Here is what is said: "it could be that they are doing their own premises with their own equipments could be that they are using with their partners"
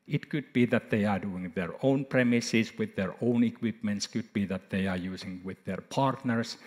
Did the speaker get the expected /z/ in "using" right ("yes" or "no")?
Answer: no